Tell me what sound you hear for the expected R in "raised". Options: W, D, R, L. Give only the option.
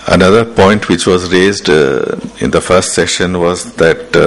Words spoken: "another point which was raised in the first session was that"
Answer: R